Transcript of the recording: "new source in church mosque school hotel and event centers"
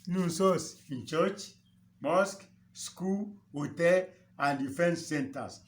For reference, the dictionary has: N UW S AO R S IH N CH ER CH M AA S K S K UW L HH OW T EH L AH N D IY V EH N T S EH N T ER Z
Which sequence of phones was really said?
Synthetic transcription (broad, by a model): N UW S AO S IH N CH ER CH M AA S K S K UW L HH OW T EH L AH N D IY F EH N S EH N T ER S